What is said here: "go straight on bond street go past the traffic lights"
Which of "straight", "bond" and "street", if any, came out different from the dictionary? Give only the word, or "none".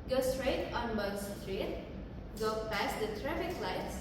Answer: bond